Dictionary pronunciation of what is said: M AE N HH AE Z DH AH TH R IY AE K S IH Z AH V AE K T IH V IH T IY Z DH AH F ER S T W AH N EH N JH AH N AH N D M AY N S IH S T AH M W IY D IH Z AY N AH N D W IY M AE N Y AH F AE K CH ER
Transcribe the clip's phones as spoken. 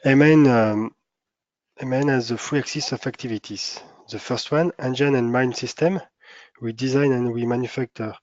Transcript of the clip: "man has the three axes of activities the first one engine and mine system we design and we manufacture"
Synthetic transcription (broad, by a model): M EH N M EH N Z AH F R IY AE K S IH S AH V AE K T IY V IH T IY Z DH AH F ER S T W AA N EH N JH AH N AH N M AY N S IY S T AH M W IY D IH Z AY N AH N W IY M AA N Y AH F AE K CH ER